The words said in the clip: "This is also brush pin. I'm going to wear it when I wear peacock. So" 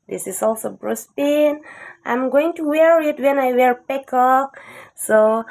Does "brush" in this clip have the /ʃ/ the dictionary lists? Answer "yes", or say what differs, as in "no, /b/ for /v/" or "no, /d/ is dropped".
no, /s/ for /ʃ/